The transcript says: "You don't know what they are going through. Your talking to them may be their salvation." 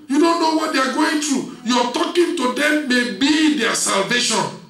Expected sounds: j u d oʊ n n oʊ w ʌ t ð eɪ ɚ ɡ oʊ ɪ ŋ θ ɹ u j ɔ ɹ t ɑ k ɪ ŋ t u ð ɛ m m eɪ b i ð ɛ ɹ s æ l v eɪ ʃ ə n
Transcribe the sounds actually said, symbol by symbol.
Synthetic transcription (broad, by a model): j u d oʊ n n oʊ w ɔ t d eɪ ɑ ɡ oʊ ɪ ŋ t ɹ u j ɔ t ɑ k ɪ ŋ t u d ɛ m m eɪ b i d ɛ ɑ s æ l v eɪ ʃ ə n